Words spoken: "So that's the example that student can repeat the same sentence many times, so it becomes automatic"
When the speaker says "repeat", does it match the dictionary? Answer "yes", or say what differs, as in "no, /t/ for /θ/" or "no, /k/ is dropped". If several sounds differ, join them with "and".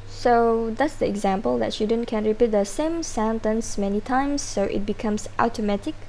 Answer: yes